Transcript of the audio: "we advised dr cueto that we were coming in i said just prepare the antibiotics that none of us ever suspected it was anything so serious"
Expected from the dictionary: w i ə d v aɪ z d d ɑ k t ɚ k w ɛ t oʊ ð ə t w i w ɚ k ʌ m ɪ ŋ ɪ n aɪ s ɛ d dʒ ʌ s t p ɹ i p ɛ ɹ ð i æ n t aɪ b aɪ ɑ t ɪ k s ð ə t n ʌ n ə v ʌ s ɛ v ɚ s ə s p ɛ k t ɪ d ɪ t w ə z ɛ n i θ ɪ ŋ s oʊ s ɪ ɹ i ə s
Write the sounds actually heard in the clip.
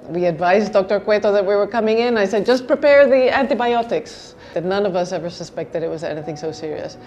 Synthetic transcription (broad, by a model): w i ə d v aɪ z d d ɑ k t ɚ k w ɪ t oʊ ð ə t w i w ɚ k ʌ m ɪ ŋ ɪ n aɪ s ɛ d dʒ ʌ s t p ɹ i p ɛ ɹ ð i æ n t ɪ b aɪ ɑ t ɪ k s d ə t n ʌ n ə v ʌ s ɛ v ɚ s ə s p ɛ k t ɪ d ɪ t w ə z ɛ n i θ ɪ ŋ s oʊ s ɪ ɹ i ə s